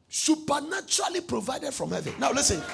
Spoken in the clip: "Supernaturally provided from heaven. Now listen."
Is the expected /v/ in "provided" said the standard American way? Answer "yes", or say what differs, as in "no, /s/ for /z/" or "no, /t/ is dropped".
yes